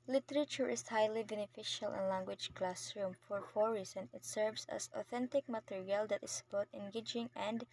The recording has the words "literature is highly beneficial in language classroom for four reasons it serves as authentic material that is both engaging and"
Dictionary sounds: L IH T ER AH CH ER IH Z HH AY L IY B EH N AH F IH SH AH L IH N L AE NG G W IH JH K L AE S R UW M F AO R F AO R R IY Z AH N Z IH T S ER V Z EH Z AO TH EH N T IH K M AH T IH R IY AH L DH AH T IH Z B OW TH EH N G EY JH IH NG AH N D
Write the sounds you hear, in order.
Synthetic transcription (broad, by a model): L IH T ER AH CH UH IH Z HH AY L IY B EH N AH F IH SH AH L IH N L AE NG G W IH JH K L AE S R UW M F AO R F AO R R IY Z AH N IH T S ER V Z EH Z AO TH EH N T IH K M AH T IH R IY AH L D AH T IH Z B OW T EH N G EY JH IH NG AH N D